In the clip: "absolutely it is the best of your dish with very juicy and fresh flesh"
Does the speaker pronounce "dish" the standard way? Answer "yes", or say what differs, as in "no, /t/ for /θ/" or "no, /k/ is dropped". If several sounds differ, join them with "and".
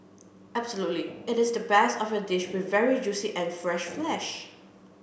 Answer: yes